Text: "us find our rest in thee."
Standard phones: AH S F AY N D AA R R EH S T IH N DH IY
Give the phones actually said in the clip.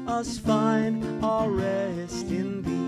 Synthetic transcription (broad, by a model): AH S F AY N AA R R EH S T IH N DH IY